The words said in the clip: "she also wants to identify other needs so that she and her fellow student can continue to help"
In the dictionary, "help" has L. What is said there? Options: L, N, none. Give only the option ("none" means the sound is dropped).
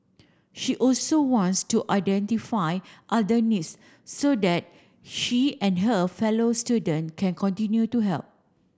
L